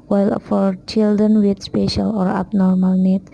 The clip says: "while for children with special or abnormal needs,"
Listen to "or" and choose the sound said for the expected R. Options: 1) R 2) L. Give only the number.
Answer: 1